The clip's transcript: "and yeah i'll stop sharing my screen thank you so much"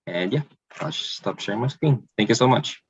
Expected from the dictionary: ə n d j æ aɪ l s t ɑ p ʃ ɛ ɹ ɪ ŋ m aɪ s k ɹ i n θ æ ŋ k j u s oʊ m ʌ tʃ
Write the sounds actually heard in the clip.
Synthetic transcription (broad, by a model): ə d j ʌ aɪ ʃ s t ɑ p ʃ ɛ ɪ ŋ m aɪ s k w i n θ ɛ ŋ k j u s oʊ m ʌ tʃ